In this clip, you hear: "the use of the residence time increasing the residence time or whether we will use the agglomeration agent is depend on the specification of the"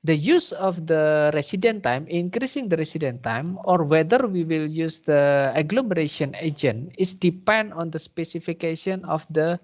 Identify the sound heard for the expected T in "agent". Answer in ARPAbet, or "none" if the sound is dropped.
none